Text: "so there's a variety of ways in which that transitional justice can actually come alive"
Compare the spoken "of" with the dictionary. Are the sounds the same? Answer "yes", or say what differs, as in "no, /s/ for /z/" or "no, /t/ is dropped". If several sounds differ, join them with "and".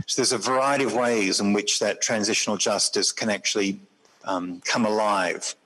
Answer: yes